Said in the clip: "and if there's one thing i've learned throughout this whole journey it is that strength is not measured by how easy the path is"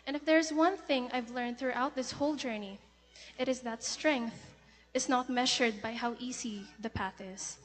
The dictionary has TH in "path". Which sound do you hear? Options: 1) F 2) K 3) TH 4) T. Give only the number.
3